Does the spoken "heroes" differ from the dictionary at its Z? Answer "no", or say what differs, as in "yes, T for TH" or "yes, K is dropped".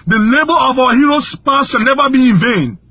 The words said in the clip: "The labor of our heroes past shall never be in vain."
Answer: yes, S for Z